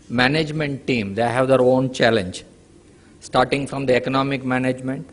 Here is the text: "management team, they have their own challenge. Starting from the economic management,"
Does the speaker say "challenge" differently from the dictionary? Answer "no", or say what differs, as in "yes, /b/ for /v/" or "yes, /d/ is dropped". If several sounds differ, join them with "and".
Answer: no